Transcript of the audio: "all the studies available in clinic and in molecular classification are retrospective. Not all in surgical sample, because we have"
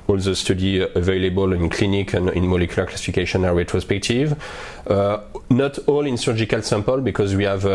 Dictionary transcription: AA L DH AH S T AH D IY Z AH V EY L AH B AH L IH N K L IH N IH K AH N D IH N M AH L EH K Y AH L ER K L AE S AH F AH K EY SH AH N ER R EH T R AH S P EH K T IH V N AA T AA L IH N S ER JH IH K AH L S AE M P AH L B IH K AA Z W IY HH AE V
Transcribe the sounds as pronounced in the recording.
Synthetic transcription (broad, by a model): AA L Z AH S T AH D IY AH V EY L AH B AH L IH N K L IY N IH K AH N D IH N M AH L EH K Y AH L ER K L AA S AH F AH K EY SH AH N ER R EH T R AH S P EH K T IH V N AA T AA L IH N S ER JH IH K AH L S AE M P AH L B IH K AA Z W IY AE V